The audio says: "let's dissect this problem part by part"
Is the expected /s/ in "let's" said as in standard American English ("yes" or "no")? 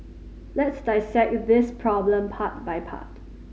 yes